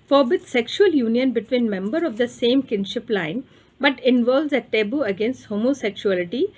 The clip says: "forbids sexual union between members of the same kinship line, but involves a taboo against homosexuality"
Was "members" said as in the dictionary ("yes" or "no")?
no